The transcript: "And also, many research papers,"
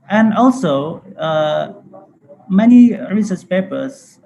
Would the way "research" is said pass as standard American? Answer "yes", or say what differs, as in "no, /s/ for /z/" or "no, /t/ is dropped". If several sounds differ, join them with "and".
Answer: no, /s/ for /tʃ/